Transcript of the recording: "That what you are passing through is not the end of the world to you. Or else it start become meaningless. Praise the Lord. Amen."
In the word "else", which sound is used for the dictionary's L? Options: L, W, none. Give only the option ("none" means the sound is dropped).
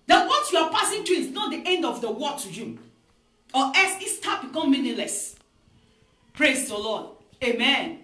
none